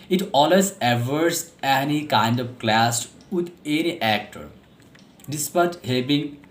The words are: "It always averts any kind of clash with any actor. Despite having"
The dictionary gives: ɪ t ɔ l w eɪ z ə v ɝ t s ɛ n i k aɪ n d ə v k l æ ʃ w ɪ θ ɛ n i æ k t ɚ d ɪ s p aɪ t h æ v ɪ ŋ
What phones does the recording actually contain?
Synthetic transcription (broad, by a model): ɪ t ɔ l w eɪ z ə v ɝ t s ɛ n i k aɪ n d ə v k l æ s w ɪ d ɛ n i æ k t ɚ d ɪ s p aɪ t h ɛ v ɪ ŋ